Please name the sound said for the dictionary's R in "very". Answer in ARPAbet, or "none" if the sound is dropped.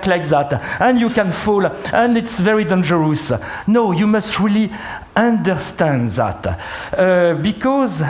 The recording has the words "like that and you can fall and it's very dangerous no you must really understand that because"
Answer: R